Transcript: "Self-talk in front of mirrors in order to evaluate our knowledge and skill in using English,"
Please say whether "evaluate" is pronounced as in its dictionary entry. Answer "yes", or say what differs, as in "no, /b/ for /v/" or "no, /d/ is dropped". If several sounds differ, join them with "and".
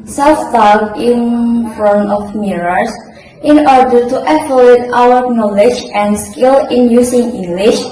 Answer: no, /f/ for /v/